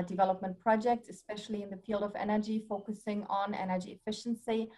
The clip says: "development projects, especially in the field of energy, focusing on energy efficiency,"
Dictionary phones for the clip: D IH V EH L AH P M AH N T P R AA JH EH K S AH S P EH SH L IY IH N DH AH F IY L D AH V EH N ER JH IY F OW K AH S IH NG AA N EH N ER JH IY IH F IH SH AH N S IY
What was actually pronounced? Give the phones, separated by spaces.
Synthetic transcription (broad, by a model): D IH V EH L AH P M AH N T P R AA JH EH K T AH S P EH SH L IY IH N DH AH F IY L D AH V EH N ER JH IY F OW K AH S IH NG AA N EH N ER JH IY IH F IH SH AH N S IY